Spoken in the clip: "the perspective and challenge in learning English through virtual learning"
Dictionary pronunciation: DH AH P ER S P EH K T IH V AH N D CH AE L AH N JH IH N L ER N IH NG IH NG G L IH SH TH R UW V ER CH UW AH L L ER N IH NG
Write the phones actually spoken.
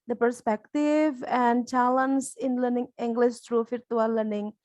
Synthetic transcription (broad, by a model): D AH P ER S P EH K T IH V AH N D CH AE L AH N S IH N L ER N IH NG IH NG G L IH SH T R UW F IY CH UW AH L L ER N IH NG